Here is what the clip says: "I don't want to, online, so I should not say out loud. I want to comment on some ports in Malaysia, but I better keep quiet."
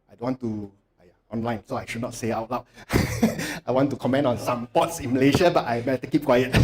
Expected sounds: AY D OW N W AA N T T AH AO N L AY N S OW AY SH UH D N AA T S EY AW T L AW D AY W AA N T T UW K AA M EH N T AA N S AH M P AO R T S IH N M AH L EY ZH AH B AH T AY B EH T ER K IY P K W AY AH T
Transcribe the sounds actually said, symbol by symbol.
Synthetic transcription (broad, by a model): AY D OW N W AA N T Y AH AO N L AY N S OW AY SH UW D N AA T S EY AW T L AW AY W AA N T T UW K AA M EH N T AA N S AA M P AO T S IH N M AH L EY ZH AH B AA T AY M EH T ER K IY P K W AY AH T